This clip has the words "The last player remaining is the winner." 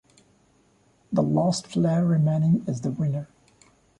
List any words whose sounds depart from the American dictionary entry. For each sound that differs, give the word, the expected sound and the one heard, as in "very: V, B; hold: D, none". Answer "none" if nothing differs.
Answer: player: P, F